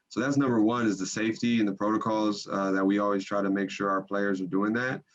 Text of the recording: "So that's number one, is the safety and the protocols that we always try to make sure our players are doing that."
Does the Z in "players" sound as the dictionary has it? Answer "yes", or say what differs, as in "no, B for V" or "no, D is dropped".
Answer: yes